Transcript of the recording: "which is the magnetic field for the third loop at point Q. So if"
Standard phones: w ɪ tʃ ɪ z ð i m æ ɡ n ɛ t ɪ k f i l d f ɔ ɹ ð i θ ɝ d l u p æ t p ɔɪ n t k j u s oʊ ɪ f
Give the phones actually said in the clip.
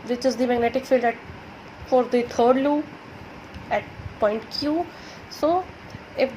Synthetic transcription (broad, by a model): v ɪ tʃ ɪ z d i m æ ɡ n ɛ t ɪ k f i l d f ɔ ɹ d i t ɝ d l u æ t p ɔɪ n t k j u s oʊ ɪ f